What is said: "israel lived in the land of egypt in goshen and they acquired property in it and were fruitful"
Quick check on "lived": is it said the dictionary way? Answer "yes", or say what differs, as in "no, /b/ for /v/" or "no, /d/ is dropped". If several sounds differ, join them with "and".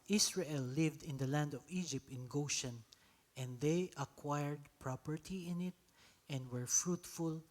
yes